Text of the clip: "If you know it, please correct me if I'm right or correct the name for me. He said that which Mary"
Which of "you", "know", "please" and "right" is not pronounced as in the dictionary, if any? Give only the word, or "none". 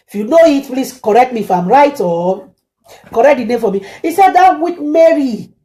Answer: please